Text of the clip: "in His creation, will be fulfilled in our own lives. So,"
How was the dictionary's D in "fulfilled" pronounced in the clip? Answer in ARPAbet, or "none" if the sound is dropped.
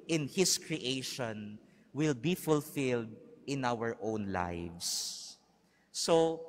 D